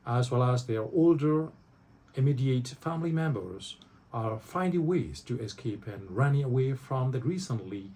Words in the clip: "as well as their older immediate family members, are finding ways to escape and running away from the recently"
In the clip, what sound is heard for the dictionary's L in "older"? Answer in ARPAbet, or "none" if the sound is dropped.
L